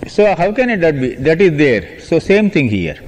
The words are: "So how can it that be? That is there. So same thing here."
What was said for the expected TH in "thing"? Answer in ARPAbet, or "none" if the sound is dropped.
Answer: T